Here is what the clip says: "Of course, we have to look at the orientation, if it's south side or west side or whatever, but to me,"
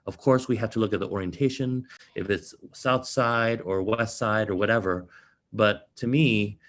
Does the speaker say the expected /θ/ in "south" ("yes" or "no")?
yes